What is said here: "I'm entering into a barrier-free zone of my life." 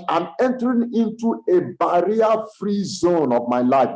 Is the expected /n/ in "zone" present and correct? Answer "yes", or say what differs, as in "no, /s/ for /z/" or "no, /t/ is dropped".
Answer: yes